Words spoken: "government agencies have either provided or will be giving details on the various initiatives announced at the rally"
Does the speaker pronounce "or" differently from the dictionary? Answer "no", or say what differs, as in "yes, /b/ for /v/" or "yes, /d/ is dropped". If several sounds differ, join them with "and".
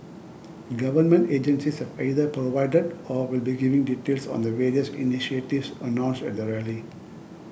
no